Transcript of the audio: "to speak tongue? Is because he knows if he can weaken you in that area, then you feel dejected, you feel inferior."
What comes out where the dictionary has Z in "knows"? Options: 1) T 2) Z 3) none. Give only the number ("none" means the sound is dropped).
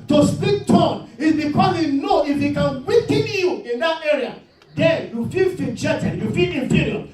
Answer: 3